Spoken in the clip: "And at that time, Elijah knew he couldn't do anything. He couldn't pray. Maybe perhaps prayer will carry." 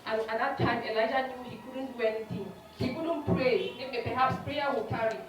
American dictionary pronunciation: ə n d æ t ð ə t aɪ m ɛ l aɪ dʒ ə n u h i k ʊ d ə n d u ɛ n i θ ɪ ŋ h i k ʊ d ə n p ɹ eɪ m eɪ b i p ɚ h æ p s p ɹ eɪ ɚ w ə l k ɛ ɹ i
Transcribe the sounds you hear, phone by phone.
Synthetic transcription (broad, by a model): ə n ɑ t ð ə t aɪ m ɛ l aɪ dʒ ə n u h i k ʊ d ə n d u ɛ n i t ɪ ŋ h i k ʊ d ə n p ɹ eɪ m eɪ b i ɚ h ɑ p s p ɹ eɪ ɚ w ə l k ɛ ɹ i